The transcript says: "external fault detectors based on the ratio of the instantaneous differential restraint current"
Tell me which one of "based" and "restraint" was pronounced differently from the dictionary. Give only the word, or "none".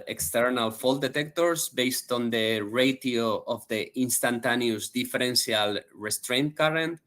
none